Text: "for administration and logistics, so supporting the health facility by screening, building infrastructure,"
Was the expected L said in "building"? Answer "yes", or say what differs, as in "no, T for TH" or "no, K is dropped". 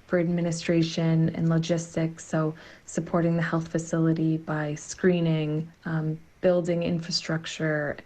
yes